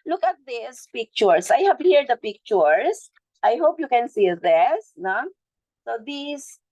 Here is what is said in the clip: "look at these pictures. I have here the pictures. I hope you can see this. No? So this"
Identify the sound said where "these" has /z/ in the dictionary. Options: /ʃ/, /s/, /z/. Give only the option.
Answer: /s/